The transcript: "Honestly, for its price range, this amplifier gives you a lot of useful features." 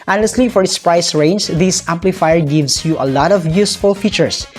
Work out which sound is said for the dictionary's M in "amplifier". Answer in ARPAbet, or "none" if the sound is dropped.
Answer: M